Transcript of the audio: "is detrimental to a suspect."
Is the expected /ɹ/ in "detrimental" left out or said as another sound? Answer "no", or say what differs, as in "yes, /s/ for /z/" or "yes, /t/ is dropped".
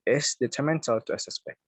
yes, /ɹ/ is dropped